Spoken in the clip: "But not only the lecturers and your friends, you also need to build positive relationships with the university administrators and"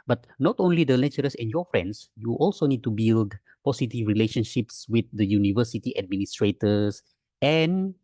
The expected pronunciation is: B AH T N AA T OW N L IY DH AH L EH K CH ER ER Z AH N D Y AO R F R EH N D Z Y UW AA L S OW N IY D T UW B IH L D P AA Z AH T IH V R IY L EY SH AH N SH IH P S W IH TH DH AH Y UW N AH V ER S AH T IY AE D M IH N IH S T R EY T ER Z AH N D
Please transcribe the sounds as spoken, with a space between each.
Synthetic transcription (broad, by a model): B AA T N AA T OW N L IY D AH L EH CH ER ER S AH N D Y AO F R EH N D S Y UW AA L S OW N IY D T UW B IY L D P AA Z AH T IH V R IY L EY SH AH N SH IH P S W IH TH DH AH Y UW N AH V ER S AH T IY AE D M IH N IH S T R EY T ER S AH N